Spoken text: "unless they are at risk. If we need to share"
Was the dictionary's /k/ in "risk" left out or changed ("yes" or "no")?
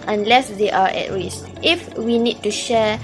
yes